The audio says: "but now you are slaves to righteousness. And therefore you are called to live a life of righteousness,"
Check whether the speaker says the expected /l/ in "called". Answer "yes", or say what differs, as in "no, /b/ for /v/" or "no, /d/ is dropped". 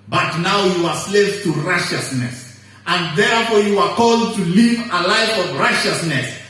yes